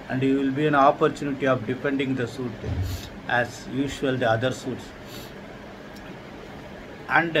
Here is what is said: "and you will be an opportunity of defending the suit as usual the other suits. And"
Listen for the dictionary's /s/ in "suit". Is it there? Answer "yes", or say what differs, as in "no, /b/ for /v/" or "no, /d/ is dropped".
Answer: yes